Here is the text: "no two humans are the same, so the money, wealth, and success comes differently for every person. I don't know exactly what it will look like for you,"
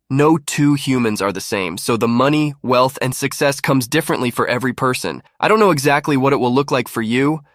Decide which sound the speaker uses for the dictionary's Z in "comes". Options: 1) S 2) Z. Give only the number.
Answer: 2